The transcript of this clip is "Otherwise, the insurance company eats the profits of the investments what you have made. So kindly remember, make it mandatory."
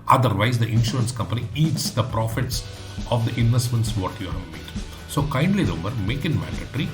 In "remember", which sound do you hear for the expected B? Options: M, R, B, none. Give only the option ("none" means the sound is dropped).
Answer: none